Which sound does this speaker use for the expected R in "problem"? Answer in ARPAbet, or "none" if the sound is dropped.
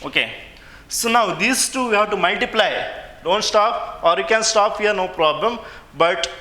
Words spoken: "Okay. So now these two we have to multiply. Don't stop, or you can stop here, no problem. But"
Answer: R